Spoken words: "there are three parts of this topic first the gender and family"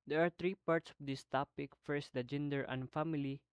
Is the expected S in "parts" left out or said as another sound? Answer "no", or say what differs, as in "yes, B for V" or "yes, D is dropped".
no